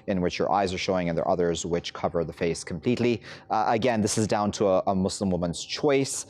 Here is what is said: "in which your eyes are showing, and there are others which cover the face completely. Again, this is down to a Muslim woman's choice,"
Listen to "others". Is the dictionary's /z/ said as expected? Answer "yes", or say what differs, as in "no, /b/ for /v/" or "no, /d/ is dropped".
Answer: yes